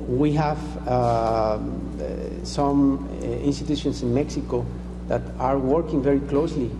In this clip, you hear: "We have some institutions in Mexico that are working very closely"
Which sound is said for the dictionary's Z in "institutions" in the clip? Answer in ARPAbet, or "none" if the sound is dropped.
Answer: S